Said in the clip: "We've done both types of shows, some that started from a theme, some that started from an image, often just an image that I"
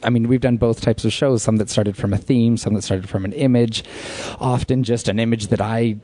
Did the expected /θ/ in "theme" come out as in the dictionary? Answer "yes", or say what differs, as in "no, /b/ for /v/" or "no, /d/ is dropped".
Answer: yes